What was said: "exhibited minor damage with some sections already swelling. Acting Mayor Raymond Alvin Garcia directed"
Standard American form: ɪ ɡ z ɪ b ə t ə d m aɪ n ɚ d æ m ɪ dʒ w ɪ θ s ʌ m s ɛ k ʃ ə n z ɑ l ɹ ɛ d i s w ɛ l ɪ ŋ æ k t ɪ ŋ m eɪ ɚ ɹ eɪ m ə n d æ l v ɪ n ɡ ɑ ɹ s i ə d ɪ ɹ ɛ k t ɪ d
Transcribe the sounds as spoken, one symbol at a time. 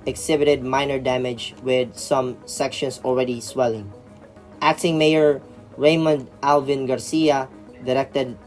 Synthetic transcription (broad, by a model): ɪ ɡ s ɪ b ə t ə d m aɪ n ɚ d æ m ɪ dʒ w ɪ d s ʌ m s ɛ k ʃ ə n s ɑ l ɹ ɛ d i s w ɛ l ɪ ŋ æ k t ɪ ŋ m eɪ ɚ ɹ eɪ m ə n d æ l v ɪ n ɡ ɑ ɹ s i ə d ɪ ɹ ɛ k t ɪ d